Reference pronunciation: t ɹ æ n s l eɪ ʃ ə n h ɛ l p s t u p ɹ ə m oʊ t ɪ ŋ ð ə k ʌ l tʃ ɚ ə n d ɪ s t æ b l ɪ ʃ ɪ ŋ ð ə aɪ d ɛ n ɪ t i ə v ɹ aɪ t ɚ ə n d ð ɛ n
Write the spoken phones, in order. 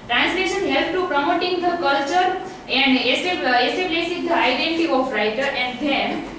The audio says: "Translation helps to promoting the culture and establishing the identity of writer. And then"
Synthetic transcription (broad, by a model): t ɹ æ n s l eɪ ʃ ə n h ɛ l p t u p ɹ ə m oʊ t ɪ ŋ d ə k ʌ l tʃ ɚ ə n d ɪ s s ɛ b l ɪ s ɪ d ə aɪ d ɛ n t i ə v ɹ aɪ t ɚ ə n d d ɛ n